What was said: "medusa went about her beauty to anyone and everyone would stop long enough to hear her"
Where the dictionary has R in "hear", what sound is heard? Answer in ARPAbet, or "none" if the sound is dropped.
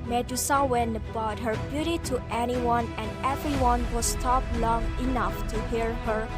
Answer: R